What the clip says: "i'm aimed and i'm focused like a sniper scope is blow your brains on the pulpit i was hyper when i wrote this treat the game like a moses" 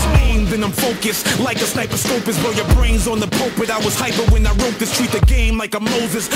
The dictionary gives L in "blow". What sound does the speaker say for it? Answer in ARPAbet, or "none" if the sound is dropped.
none